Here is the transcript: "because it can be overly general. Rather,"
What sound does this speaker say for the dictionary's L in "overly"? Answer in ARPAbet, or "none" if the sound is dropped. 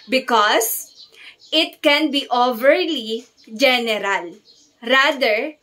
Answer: L